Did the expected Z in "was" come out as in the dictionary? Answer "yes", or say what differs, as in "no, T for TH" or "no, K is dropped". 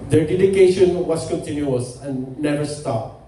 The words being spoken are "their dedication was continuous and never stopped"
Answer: no, S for Z